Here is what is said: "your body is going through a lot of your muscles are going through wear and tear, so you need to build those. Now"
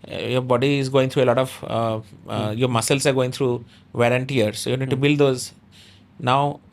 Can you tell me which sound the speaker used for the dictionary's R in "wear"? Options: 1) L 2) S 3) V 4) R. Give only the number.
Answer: 1